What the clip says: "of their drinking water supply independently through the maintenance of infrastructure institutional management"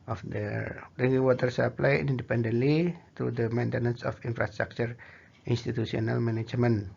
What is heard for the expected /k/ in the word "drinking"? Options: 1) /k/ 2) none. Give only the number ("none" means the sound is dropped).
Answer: 2